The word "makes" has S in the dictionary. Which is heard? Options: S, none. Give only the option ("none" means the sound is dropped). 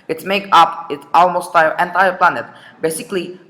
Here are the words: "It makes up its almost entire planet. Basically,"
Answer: none